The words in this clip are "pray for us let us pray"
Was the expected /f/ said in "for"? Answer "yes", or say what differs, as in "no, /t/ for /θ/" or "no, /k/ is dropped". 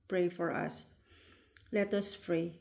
yes